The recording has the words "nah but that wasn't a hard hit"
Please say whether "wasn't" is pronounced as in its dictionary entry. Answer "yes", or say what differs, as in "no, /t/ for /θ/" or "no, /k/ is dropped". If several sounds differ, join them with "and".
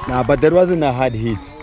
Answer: no, /t/ is dropped